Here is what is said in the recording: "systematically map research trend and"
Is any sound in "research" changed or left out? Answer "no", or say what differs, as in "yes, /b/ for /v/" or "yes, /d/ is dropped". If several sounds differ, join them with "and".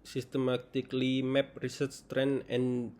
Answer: yes, /s/ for /tʃ/